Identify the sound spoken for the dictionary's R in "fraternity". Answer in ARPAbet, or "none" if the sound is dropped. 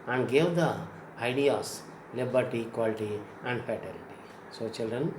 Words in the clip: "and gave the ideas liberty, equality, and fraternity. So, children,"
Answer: none